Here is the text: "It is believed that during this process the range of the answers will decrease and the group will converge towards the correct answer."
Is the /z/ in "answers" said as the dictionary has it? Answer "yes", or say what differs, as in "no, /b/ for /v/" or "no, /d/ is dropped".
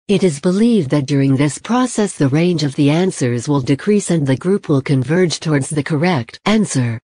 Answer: yes